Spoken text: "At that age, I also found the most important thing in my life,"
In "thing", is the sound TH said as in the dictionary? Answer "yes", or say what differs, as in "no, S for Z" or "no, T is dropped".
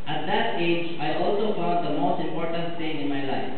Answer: no, T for TH